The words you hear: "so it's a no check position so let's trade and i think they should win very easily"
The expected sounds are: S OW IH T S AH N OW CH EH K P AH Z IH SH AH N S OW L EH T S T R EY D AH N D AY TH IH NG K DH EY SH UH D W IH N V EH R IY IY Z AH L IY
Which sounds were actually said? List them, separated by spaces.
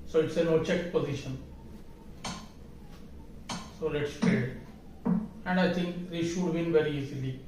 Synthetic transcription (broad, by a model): S OW IH T S AH N OW CH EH K P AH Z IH SH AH N S OW L EH T S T EY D AH N D AY T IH NG K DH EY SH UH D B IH N V EH R IY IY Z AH L IY